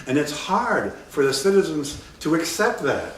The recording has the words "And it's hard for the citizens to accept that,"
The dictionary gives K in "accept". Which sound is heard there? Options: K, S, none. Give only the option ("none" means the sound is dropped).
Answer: K